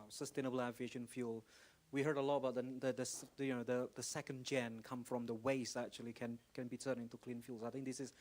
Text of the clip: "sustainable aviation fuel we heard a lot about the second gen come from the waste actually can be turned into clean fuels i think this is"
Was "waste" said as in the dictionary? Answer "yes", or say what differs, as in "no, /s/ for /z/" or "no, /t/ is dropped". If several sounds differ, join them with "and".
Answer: no, /t/ is dropped